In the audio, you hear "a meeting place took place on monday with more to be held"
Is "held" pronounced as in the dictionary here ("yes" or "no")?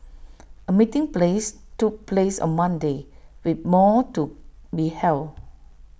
no